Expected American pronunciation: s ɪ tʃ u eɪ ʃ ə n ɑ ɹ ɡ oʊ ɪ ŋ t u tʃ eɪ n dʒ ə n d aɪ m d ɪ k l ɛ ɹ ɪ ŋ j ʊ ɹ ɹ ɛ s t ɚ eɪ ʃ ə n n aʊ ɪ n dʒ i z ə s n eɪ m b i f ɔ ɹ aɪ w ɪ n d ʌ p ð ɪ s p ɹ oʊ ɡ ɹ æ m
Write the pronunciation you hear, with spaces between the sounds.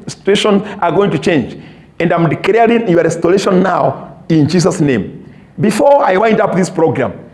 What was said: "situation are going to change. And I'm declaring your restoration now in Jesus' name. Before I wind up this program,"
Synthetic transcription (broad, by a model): s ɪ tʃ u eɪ ʃ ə n ɑ ɹ ɡ oʊ ɪ ŋ t u tʃ eɪ n dʒ ə n d aɪ m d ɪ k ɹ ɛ ɪ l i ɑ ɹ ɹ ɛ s t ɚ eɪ ʃ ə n n aʊ ɪ n dʒ i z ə s n eɪ m b i f ɔ ɹ aɪ w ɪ n d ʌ p ð ɪ s p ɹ oʊ ɡ ɹ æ m